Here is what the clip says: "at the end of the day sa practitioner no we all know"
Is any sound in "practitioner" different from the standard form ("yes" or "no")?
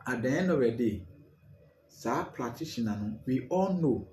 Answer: yes